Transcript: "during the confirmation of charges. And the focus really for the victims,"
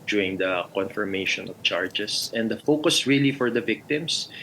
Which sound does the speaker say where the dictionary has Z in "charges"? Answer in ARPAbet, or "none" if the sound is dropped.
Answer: S